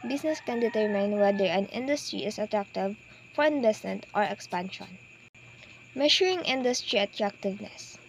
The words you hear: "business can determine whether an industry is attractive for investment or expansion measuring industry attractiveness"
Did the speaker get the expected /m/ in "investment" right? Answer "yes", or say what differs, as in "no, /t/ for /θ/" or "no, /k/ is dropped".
no, /m/ is dropped